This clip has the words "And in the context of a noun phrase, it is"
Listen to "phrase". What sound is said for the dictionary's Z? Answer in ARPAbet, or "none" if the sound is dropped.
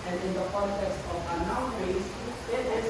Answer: S